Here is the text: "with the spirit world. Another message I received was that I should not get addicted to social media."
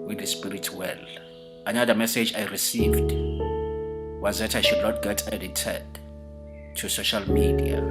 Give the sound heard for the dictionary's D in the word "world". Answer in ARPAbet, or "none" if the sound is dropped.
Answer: none